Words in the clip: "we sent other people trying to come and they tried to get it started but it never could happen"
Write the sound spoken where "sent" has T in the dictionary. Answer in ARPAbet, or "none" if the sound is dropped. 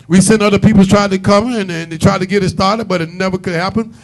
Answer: none